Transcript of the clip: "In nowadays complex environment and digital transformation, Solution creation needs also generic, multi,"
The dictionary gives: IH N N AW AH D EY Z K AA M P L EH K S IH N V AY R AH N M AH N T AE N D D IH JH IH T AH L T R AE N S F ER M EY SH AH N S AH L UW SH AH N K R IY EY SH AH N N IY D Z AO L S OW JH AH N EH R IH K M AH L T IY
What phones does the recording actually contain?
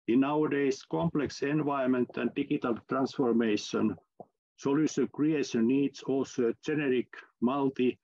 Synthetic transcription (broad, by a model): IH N N AW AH D EY S K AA M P L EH K S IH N V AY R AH M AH N T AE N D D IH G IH T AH L T R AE N S F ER M EY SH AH N S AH L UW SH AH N K R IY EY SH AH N N IY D S AO L S OW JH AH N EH R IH K M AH L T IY